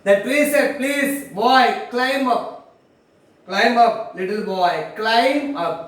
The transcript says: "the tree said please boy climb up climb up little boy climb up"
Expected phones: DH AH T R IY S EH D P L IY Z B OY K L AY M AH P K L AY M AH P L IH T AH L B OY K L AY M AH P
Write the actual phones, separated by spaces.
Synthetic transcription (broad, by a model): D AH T L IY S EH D P L IY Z B OY K L AY M AH P K L AY M AH P L IH T AH L B OY K L AY M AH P